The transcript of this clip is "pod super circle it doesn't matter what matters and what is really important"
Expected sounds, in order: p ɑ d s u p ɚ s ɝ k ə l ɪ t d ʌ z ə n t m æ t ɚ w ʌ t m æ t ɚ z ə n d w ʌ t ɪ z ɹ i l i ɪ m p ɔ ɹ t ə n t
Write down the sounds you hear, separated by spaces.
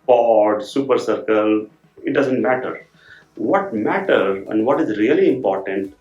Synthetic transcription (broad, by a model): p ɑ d s u p ɚ s ɝ k ə l ɪ t d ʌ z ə n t m æ t ɚ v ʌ t m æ t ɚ ə n d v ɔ t ɪ z ɹ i l i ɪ m p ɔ ɹ t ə n t